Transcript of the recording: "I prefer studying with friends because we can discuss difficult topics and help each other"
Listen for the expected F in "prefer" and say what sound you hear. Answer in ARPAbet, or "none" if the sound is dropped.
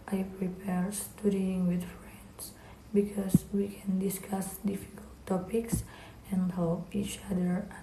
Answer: P